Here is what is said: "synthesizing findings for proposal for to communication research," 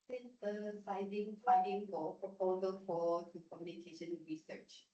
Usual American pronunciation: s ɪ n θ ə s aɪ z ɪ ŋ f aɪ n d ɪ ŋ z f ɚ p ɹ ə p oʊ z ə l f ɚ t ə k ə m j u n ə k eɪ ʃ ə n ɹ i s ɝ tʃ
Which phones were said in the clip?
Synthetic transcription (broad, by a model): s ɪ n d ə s aɪ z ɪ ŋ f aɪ d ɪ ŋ f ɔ p ɹ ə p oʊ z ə l f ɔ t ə k ə m j u n ə k eɪ ʃ ə n ɹ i s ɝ tʃ